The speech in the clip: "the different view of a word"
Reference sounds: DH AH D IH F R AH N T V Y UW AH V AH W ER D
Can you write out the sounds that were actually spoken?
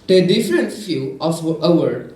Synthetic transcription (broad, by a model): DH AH D IH F R AH N T F Y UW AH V AH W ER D